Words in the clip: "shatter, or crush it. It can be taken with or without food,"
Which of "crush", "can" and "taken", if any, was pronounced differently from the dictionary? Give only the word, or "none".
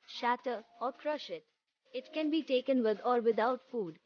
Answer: none